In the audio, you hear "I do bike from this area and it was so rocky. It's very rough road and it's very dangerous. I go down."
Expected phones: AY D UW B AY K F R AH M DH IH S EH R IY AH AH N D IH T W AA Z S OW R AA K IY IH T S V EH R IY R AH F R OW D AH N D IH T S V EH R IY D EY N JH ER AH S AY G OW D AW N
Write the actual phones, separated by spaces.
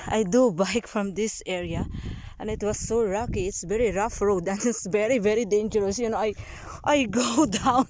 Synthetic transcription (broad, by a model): AY D UW B AY K F R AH M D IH S EH R IY AH AH N D IH T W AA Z S OW L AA K IY IH T S V EH R IY R AH F R OW D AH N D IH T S V EH R IY D EY N JH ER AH S AY G OW D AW N